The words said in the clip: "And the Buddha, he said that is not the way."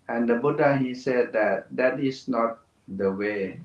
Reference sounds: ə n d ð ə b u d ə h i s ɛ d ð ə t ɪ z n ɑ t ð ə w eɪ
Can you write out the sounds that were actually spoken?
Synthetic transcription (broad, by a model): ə n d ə b u d ə h i s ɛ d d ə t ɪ s n ɑ t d ə w eɪ